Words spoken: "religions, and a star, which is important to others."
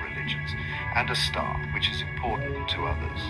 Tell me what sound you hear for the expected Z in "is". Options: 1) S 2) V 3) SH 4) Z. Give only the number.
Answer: 4